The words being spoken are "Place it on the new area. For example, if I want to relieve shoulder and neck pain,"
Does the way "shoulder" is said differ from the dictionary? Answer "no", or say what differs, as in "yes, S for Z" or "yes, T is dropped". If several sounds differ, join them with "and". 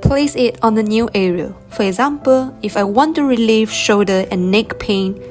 yes, L is dropped